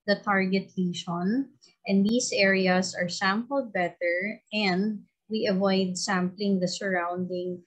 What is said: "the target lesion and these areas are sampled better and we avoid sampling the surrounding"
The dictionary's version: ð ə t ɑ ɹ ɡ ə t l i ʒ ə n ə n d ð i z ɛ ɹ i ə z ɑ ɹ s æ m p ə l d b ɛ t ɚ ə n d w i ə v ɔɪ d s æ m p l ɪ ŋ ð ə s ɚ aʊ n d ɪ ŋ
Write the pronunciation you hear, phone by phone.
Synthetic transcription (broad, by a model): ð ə t ɑ ɹ ɡ ə t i ʃ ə n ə n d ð i s ɛ ɹ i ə s ɑ ɹ s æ m p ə l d b ɛ t ɚ ə n d w i ə v ɔɪ d s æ m p l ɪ ŋ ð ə s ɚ aʊ n d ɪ ŋ